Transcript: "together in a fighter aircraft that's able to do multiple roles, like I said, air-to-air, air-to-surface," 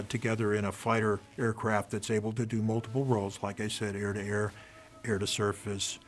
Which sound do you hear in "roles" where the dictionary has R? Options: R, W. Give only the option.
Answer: R